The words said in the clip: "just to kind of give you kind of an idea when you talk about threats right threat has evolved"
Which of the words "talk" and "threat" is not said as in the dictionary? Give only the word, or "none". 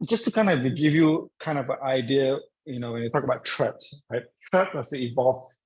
threat